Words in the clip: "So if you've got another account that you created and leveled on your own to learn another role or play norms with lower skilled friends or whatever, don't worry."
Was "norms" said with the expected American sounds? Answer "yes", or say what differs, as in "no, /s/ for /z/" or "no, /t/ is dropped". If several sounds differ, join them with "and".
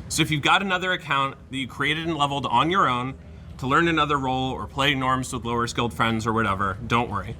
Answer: yes